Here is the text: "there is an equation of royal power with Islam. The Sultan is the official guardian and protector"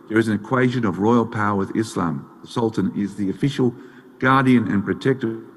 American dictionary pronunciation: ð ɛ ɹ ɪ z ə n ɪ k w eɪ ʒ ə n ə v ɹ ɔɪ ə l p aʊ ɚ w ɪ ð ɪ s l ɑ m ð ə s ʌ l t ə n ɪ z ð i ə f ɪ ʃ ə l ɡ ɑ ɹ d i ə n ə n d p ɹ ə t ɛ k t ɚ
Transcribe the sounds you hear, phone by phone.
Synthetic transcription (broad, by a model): ð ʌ ɹ ɪ z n ɪ k w eɪ ʒ ə n ə v ɹ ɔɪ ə l p aʊ ɚ w ɪ ð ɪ s l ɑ m ð ə s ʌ l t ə n ɪ z ð i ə f ɪ ʃ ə l ɡ ɑ ɹ d i ə n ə n p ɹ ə t ɛ k t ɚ